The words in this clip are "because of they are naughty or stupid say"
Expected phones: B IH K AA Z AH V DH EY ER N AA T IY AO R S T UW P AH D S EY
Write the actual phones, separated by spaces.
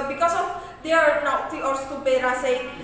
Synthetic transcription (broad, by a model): B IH K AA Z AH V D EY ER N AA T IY AO R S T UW B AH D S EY